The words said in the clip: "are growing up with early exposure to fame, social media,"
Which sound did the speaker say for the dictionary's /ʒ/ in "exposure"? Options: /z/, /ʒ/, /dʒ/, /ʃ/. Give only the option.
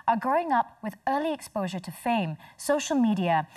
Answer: /ʒ/